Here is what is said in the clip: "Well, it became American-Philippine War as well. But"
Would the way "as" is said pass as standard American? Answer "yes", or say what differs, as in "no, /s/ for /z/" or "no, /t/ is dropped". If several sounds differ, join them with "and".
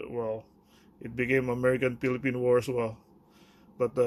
no, /s/ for /z/